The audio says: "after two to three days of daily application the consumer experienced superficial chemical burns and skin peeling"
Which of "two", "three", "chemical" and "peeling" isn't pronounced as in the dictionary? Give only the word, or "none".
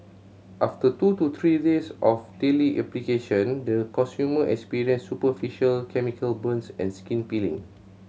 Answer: three